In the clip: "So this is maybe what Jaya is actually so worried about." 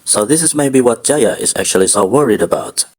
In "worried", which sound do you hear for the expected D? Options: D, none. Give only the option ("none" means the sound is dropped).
D